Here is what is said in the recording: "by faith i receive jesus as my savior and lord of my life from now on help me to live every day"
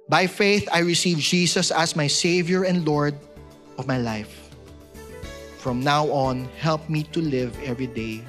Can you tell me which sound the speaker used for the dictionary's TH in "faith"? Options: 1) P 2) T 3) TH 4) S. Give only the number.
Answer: 3